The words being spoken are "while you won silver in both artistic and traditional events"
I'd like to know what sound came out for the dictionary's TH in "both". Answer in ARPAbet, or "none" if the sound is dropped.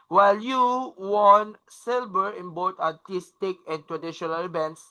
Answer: T